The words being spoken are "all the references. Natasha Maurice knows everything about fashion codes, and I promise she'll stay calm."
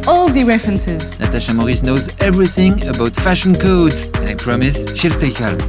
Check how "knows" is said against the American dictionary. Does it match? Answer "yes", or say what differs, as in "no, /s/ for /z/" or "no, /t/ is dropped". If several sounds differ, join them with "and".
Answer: yes